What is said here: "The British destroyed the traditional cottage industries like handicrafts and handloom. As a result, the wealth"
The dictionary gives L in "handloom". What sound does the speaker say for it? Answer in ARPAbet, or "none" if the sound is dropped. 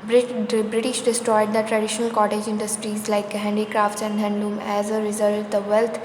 none